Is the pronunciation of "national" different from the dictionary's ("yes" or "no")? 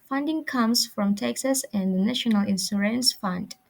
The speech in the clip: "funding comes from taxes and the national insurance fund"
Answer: no